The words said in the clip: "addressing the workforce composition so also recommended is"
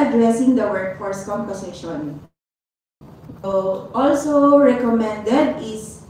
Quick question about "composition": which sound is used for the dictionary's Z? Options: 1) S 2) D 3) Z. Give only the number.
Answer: 1